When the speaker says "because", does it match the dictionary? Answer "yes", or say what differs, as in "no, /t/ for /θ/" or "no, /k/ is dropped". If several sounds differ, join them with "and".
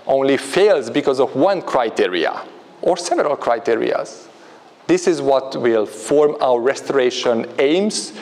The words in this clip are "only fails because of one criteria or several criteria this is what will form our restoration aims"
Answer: yes